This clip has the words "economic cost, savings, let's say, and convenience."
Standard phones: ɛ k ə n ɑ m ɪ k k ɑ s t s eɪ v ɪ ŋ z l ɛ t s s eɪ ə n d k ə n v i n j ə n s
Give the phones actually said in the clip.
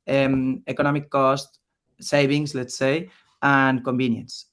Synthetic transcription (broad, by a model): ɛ k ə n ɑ m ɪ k k ɑ s t s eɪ b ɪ ŋ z l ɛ t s s eɪ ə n k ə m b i n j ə n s